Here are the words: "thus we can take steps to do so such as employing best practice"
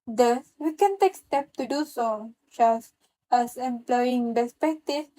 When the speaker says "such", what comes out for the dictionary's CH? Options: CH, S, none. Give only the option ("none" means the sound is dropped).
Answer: S